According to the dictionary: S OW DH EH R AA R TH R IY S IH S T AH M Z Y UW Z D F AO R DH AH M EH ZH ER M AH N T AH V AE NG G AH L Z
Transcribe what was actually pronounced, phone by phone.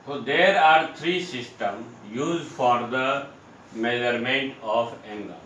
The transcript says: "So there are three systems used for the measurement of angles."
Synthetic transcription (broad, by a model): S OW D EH R AA R T R IY S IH S T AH M Y UW Z D F AO R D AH M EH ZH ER M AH N T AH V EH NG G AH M